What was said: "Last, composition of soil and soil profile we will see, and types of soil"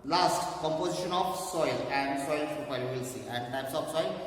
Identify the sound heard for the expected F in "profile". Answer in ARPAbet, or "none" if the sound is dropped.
P